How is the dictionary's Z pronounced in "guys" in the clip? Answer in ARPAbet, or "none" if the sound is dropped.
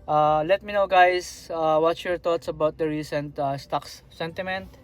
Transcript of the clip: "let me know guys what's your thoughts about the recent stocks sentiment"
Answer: S